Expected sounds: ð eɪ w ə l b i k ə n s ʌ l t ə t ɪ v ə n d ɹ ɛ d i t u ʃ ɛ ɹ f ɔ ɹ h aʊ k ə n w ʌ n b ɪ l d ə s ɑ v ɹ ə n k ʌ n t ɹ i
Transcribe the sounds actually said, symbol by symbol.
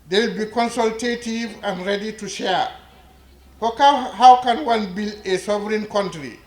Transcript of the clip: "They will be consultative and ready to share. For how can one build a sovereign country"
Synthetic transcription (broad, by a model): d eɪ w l b i k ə n s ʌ l t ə t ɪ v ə n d ɹ ɛ d i t u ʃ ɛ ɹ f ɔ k h aʊ k ə n w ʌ n b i l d ə s ɑ v ɹ ə n k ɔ n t ɹ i